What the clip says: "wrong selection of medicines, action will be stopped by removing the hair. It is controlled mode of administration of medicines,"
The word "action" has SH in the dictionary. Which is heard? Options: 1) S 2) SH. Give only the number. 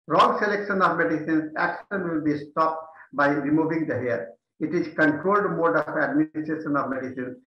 1